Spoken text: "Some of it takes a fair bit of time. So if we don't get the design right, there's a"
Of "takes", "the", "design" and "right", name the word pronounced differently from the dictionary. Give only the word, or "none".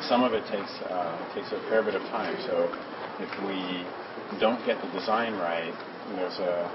none